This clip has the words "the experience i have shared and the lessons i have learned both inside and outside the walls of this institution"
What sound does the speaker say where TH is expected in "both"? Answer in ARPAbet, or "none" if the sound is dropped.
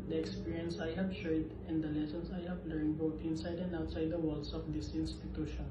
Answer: T